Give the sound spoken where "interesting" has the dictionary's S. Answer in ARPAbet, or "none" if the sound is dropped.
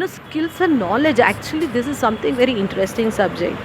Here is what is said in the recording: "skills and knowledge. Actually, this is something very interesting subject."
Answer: S